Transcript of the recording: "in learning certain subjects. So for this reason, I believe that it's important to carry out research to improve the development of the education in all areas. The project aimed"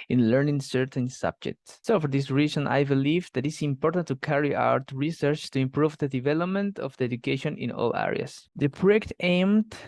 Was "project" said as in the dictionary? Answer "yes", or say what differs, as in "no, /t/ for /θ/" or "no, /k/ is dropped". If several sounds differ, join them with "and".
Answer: no, /dʒ/ is dropped